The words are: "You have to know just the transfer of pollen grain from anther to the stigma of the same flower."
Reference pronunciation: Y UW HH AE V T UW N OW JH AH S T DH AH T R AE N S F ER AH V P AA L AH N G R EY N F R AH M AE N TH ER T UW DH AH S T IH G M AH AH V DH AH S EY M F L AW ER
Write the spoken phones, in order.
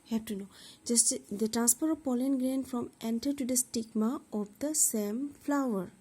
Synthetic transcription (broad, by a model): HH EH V T UW N OW JH AH S T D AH T R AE N S P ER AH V P AA L AH N G R EY N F R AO M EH N T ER T UW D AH S T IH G M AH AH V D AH S EY M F L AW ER